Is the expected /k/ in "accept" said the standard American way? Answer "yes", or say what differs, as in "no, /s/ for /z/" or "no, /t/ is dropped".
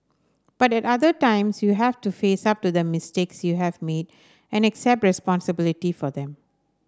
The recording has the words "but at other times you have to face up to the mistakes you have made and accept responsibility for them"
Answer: yes